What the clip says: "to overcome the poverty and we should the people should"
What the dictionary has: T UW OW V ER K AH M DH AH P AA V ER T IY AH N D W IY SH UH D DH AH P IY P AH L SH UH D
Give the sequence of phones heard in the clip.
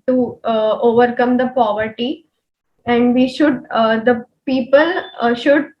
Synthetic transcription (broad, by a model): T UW OW V ER K AH M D AH P AA V ER T IY AH N D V IY SH UH D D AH P IY P AH L SH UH D